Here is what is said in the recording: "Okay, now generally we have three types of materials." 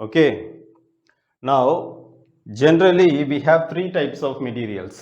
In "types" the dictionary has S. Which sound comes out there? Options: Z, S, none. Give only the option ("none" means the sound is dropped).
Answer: S